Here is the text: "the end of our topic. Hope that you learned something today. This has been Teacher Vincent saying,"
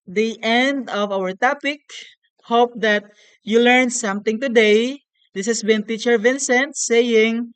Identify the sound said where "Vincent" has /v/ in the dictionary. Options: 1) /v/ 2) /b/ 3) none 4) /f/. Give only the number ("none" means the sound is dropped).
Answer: 1